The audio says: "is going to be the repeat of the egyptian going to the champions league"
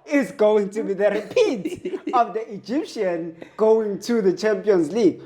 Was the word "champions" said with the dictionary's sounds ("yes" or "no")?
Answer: yes